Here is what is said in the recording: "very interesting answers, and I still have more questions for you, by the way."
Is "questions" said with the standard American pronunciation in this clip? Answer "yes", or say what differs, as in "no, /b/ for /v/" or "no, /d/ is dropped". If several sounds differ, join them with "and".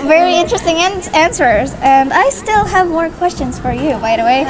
yes